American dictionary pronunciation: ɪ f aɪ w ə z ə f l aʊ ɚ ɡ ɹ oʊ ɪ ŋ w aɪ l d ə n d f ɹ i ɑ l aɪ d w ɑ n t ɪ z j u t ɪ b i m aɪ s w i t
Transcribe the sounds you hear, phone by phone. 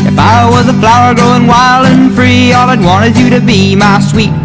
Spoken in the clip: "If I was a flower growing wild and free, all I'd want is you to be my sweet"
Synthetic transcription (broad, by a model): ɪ f aɪ w ə z ə f l aʊ ɚ ɡ oʊ ɪ ŋ w aɪ l d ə n f ɹ i ɑ l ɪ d w ɑ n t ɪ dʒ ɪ t ɪ b i m aɪ s w i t